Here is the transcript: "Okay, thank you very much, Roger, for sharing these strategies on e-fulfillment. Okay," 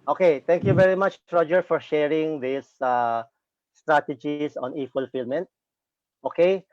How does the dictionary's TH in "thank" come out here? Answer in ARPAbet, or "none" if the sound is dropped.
T